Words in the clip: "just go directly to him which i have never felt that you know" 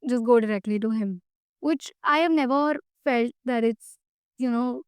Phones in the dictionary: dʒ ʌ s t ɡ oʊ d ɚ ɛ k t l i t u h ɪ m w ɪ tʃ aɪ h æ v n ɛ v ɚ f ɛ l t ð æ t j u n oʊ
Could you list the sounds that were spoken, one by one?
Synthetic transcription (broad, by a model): dʒ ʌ s ɡ oʊ d ɚ ɛ k t l i t u h ɪ m w ɪ tʃ aɪ h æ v n ɛ v ɚ f ɛ l t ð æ t j u n oʊ